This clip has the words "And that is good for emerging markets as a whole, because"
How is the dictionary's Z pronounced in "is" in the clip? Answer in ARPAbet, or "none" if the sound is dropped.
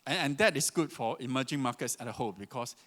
S